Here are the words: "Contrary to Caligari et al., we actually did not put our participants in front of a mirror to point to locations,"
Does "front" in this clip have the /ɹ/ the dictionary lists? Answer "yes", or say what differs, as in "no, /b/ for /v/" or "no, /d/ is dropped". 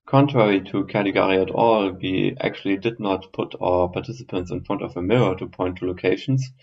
yes